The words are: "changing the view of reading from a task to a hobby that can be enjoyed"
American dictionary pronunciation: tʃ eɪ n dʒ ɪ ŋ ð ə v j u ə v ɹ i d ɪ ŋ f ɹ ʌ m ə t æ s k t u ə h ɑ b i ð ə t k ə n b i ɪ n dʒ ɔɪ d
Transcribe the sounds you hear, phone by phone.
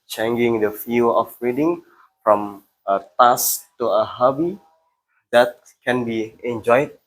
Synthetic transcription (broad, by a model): tʃ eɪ n dʒ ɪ ŋ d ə f j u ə f ɹ i d ɪ ŋ f ɹ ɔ m ə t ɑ s t u ə h ɑ b i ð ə t k ə n b i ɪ n dʒ ɔɪ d